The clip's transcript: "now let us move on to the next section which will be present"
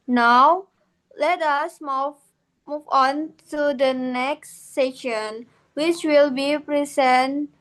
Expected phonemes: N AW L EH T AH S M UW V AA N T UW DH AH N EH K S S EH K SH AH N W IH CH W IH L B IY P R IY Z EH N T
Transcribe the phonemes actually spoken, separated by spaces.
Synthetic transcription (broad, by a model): N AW L EH T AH S M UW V AA N T UW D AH N EH K S S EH SH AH N W IH CH W IH L B IY P R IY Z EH N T